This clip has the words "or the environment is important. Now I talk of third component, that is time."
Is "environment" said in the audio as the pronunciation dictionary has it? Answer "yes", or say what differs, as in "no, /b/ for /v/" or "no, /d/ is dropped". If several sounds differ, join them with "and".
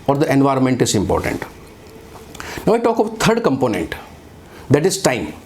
yes